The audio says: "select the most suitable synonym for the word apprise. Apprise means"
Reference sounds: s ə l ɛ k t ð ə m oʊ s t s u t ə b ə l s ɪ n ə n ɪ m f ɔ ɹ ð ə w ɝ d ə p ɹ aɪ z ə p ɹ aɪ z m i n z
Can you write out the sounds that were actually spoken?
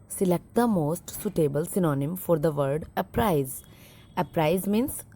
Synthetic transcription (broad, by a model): s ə l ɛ k t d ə m oʊ s t s u t ə b ə l s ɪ n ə n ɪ m f ɔ ɹ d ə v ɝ d ə p ɹ aɪ z ə p ɹ aɪ z m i n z